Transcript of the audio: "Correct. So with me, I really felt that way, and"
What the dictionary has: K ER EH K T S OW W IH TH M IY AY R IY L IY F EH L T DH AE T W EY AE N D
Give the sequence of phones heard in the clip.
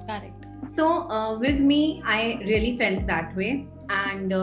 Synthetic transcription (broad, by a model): K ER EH K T S OW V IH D M IY AY R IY L IY F EH L T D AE T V EY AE N D